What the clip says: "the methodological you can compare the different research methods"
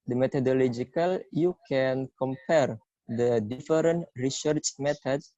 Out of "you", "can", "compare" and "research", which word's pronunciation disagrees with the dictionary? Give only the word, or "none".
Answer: none